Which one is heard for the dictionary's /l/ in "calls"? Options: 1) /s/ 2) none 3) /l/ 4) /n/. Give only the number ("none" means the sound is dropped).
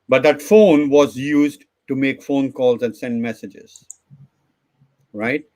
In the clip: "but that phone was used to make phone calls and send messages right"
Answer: 3